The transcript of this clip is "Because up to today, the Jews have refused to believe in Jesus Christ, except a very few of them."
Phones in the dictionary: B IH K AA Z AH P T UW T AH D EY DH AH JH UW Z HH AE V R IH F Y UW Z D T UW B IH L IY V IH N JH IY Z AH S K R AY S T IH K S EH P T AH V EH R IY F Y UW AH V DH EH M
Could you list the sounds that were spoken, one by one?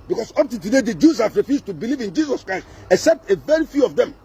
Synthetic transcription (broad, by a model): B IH K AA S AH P T UW T AH D EY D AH JH UW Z HH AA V R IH F Y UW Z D T UW B IH L IY V IH N JH IY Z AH S K R AY S T IH K S EH P T AH V EH R IY F Y UW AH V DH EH M